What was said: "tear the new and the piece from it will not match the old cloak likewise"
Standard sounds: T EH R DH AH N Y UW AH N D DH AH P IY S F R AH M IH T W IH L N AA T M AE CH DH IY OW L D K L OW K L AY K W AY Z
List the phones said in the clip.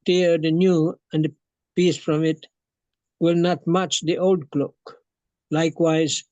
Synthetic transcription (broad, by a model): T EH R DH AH N Y UW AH N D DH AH P IY S F R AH M IH T W IH L N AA T M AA CH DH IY OW L D K L OW K L AY K W AY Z